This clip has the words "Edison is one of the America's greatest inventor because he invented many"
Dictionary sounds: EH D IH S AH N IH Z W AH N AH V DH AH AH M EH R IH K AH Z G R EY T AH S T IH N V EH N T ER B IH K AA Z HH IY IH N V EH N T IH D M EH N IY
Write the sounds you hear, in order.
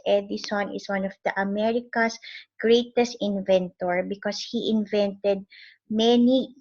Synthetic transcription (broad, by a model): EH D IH S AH N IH S W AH N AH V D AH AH M EH R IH K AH S G R EY T AH S T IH N V EH N T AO B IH K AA S HH IY IH N V EH N T IH D M EH N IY